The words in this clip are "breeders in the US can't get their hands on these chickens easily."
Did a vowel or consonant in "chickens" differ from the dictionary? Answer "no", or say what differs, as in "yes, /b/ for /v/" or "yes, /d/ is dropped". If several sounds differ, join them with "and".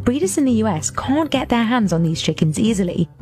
no